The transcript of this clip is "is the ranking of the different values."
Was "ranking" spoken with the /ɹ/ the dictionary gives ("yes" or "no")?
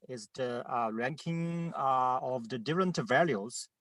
yes